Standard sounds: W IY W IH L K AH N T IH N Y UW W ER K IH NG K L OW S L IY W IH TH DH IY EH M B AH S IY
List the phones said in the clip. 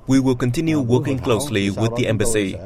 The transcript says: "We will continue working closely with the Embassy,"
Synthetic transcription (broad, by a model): W IY W IH L K AH N T IH N Y UW W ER K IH NG K L OW S L IY W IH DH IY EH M B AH S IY